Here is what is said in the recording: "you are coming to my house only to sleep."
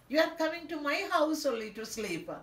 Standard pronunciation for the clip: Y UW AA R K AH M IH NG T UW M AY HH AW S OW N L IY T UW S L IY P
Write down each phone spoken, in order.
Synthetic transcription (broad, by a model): Y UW AA R K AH M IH NG T UW M AY HH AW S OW L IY T UW S L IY P